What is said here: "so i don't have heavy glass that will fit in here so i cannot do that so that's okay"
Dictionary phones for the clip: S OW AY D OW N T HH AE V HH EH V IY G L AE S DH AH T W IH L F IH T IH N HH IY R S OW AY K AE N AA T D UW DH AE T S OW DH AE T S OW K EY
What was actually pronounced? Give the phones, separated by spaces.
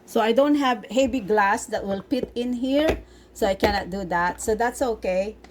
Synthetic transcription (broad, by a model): S OW AY D OW N T HH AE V HH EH B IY G L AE S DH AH T W IH L P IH T IH N HH IY R S OW AY K AE N AA T D UW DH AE T S OW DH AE T S OW K EY